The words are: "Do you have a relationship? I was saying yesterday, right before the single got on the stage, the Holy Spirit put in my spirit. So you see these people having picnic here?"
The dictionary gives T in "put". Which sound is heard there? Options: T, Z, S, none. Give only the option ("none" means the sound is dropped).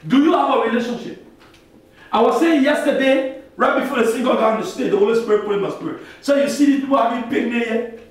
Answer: none